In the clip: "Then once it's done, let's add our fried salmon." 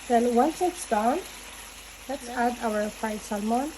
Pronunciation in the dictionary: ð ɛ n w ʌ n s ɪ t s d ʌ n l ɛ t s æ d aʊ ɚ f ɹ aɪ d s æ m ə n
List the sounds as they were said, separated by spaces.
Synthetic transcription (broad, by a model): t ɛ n w ʌ n s ɪ t s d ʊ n l ɛ t s æ d aʊ ɚ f aɪ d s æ m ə n